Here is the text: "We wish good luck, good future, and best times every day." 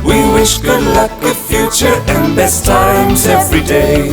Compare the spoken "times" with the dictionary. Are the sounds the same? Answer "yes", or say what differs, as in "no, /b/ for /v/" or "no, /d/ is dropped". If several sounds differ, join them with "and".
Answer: yes